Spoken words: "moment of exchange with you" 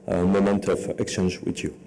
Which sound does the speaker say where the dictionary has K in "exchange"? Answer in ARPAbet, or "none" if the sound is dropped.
K